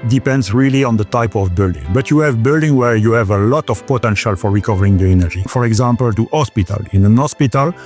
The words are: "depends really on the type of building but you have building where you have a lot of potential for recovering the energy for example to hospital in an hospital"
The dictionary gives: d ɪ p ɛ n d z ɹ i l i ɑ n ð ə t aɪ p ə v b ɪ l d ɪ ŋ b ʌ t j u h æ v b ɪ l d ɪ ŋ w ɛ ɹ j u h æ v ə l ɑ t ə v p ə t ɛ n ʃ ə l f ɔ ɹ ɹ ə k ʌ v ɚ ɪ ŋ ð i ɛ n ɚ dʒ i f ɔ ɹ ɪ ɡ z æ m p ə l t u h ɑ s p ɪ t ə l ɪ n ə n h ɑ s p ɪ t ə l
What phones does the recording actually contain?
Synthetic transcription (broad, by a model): d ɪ p ɛ n d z ɹ i l i ɑ n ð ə t aɪ p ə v b ɪ l d ɪ ŋ b ʌ t j u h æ v b ɪ l d ɪ ŋ w ɛ ɹ j u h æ v ə l ɑ t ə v p ə t ɛ n ʃ ə l f ɔ ɹ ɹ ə k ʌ v ɚ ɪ ŋ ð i ɛ n ɚ dʒ i f ɔ ɹ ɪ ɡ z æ m p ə l t u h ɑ s p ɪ t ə l ɪ n ə n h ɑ s p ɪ t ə l